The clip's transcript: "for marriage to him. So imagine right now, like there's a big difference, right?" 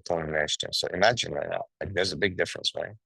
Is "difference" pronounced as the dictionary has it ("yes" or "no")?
yes